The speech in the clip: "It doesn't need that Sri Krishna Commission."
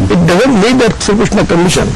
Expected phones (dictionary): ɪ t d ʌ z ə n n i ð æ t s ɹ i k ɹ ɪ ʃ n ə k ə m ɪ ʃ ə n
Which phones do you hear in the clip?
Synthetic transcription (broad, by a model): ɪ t d ʌ z ə n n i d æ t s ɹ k ɪ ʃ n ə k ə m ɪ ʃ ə n